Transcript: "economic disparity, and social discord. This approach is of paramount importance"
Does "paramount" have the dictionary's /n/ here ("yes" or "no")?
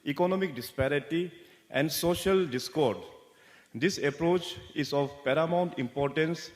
yes